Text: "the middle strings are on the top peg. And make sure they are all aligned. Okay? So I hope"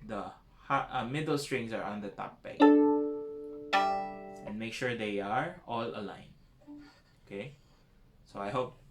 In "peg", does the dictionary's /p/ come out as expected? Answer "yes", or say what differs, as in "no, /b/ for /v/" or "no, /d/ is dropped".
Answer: no, /b/ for /p/